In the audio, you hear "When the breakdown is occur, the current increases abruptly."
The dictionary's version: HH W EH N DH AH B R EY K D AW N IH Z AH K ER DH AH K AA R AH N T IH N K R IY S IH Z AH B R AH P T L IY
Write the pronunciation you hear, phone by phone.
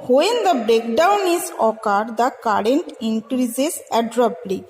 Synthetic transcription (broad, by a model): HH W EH N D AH B R EY K D AW N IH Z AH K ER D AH K AA R AH N T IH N K R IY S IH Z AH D R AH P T L IY